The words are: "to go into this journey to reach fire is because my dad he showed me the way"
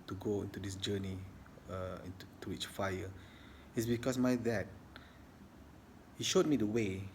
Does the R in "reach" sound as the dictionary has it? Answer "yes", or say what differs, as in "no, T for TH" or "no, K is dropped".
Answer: no, W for R